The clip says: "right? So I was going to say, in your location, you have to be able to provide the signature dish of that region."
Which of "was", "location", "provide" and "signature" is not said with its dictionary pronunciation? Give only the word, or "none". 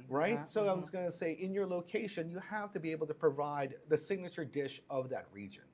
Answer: none